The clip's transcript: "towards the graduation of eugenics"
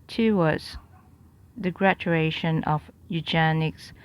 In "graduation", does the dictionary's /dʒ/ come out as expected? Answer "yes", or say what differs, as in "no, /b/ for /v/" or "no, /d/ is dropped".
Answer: no, /tʃ/ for /dʒ/